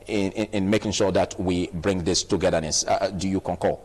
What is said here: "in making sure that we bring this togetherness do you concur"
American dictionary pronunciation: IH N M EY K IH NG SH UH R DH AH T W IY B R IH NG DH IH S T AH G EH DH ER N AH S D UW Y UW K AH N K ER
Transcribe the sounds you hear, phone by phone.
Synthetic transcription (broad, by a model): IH N M EY K IH NG SH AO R DH AH T W IY B R IH NG DH IH S T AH G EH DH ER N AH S D UW Y UW K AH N K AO